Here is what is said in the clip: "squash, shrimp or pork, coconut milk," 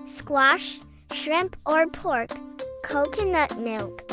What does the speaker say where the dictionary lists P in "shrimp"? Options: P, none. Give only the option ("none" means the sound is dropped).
P